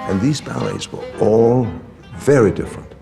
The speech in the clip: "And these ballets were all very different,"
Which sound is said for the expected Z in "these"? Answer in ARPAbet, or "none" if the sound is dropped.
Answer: Z